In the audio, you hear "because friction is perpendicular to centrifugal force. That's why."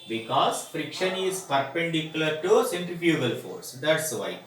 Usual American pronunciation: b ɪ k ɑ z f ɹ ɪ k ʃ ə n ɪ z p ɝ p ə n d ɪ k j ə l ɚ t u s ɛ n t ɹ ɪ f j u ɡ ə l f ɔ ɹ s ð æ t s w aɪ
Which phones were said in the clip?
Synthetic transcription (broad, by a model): b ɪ k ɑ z f ɹ ɪ k ʃ ə n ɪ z p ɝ p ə n d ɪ k j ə l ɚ t u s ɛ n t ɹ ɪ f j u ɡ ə l f ɔ ɹ s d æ t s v aɪ